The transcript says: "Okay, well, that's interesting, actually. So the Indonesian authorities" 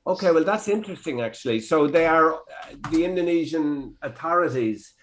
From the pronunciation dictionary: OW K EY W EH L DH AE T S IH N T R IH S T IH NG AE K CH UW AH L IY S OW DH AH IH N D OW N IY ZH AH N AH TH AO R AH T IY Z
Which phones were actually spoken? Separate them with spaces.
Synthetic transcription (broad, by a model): OW K EY W EH L DH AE T S IH N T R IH S T IH NG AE K CH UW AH L IY S OW DH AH IH N D OW N IY ZH AH N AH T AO R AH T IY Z